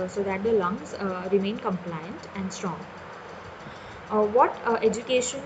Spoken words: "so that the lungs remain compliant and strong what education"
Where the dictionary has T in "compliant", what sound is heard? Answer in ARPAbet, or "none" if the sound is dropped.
T